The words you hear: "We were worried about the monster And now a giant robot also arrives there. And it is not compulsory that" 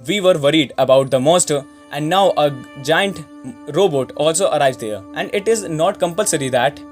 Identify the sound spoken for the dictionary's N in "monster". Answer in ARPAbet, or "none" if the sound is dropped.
none